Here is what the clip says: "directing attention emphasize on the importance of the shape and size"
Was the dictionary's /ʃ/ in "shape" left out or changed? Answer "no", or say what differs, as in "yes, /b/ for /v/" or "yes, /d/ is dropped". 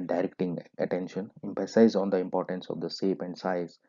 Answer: yes, /s/ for /ʃ/